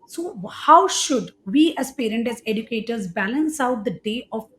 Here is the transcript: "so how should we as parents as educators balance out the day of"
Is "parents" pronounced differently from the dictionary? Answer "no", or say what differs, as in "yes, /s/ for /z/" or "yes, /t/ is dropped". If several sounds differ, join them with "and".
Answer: yes, /s/ is dropped